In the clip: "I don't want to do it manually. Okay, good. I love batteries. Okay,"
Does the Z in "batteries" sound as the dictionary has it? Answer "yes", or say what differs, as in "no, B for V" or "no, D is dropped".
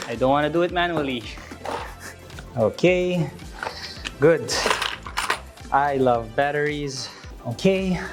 yes